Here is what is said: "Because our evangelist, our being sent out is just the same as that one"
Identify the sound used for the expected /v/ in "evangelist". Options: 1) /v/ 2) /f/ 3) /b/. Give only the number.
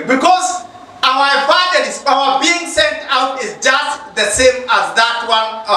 2